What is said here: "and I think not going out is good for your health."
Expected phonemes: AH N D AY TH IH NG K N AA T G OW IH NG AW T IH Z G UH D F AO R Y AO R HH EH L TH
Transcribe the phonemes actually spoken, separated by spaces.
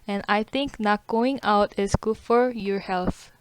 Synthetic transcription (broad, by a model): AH N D AY T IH NG K N AA T G OW IH NG AW T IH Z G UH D F AO R Y AO R HH EH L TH